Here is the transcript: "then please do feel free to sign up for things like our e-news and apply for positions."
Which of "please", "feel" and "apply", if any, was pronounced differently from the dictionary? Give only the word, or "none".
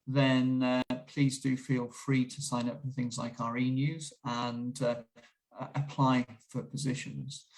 none